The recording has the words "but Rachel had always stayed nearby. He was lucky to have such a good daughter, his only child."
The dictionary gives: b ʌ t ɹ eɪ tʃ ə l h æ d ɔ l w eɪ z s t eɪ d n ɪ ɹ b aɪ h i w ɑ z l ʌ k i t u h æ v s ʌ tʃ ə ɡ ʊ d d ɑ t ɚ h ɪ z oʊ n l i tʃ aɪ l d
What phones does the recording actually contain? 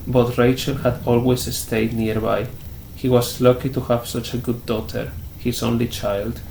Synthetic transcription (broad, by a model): b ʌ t ɹ eɪ tʃ ə l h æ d ɔ l w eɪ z s t eɪ d n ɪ ɹ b aɪ h i w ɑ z l ʌ k i t u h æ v s ʌ tʃ ə ɡ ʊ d d ɑ t ɚ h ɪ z oʊ n l i tʃ aɪ l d